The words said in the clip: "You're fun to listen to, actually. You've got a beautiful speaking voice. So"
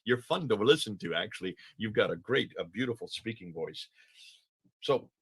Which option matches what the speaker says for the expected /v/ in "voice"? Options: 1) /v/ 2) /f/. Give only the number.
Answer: 1